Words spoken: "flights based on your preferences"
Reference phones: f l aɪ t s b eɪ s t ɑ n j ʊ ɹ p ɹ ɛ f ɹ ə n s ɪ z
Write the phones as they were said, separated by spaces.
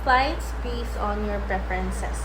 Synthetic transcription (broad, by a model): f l aɪ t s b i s ɑ n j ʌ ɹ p ɹ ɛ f ɹ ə n s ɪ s